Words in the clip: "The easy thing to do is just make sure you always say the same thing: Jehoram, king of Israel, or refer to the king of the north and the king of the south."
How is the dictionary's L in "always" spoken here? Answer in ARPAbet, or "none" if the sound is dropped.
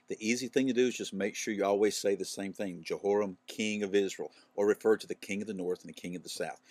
L